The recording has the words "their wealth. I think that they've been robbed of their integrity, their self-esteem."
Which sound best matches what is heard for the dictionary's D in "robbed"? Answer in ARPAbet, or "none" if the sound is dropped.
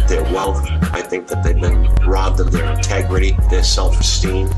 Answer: D